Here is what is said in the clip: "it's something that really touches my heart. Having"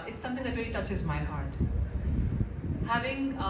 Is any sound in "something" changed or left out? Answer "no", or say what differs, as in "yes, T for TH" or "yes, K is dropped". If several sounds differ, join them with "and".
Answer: yes, T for TH